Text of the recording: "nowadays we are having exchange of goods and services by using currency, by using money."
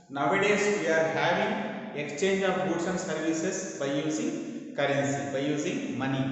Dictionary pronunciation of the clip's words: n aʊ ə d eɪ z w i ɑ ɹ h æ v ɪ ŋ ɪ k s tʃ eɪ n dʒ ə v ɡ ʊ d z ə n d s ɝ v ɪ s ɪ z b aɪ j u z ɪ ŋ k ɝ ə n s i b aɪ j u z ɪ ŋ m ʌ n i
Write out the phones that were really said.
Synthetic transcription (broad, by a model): n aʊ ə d eɪ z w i ɑ ɹ h æ v ɪ ŋ ɪ k s tʃ eɪ n dʒ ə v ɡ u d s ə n s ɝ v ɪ s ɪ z b aɪ j u z ɪ ŋ k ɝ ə n s i b aɪ j u z ɪ ŋ m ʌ n i